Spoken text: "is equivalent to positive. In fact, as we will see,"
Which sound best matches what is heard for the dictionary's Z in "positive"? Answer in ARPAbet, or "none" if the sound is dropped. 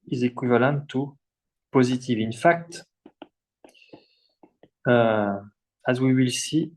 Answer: Z